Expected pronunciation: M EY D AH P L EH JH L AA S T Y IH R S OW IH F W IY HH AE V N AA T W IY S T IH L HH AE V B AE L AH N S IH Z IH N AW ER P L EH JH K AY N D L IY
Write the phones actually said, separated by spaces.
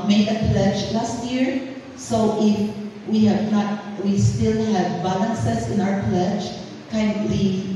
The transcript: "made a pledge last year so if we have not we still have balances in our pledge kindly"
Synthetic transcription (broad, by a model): M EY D AH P L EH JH L AA S T Y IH R S OW IH F W IY HH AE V N AA T W IY S T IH L HH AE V B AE L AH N S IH S IH N AW ER P L EH JH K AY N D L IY